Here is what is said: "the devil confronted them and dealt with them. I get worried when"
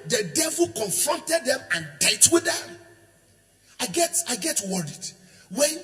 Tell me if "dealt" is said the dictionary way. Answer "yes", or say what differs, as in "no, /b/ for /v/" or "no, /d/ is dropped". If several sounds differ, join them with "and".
no, /l/ is dropped